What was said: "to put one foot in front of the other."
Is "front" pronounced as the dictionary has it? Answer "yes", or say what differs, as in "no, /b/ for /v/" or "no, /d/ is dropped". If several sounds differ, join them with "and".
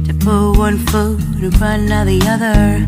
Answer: no, /t/ is dropped